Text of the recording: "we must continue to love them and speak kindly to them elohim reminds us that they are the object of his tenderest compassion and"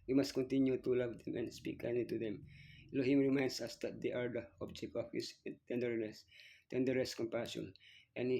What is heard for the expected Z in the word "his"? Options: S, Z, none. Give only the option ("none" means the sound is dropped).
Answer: S